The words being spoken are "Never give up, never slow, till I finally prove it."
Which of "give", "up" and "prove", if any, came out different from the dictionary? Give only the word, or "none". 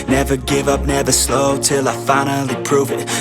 none